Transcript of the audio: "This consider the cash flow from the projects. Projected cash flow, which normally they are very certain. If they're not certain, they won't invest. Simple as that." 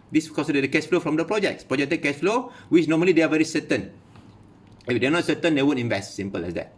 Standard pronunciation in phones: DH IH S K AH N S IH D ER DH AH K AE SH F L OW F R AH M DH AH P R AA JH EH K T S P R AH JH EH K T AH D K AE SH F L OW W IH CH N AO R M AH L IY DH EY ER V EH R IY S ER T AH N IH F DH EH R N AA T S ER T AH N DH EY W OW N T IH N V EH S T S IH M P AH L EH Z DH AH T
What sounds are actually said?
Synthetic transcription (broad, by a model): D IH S K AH S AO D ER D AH K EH S F L OW F R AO M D AH P R AA JH EH K T S P R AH JH EH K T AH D K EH S F L OW W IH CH N AO M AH L IY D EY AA V EH R IY S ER T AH N IH F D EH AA N AA T S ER T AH N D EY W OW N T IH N V EH S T S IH M P AH L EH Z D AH T